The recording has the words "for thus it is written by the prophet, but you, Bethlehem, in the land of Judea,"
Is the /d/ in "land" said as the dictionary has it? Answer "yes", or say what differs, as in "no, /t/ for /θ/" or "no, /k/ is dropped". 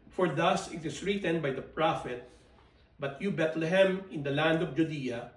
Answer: yes